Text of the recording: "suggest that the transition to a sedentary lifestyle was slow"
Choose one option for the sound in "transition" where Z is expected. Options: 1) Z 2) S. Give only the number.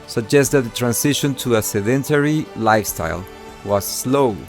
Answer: 2